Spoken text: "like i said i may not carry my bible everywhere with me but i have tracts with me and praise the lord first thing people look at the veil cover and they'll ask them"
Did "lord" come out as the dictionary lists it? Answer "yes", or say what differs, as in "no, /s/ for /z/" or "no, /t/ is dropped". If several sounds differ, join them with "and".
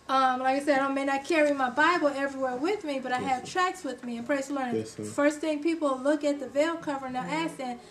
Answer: no, /n/ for /l/